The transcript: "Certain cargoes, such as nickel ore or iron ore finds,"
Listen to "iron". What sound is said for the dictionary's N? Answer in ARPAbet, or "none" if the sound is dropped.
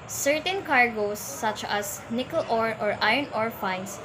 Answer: N